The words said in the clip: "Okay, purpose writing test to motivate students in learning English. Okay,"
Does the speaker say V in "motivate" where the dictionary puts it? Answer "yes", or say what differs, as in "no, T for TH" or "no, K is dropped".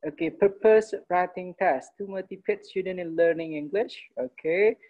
no, P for V